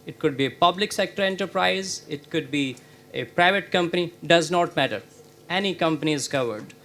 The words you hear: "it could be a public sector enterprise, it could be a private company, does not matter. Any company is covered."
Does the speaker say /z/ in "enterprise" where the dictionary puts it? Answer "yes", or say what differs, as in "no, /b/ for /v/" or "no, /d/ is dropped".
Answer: yes